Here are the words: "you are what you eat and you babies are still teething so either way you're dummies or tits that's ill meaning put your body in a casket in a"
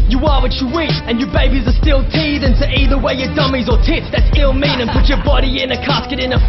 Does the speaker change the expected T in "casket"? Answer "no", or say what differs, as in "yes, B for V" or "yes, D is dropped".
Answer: no